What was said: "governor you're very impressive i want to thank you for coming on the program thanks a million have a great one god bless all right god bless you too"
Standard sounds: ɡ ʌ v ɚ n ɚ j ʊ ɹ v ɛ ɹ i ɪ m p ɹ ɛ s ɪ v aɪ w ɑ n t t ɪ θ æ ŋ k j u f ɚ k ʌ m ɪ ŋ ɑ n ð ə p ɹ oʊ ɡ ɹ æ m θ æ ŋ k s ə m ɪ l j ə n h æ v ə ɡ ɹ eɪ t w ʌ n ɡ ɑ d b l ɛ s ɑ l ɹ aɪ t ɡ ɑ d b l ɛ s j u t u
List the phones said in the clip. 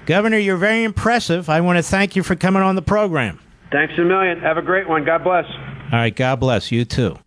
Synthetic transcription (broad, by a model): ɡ ʌ v ɚ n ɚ j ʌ ɹ v ɛ ɹ i ɪ m p ɹ ɛ s ɪ v aɪ w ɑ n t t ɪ θ æ ŋ k j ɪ f ɚ k ʌ m ɪ ŋ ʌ n ð ə p ɹ oʊ ɡ ɹ æ m θ æ ŋ k s ə m ɪ l j ə n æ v ə ɡ ɹ eɪ t w ʌ n ɡ ɑ d b l ɛ s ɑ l ɹ aɪ t ɡ ɑ d b l ɛ s j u t u